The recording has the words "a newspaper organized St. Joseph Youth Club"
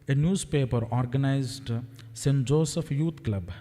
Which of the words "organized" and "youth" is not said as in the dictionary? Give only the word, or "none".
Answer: youth